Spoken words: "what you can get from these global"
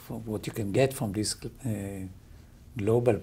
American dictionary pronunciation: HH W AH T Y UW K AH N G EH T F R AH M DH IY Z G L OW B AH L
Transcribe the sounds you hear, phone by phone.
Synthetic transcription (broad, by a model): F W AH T Y UW K AH N G EH T F R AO M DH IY S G L OW B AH L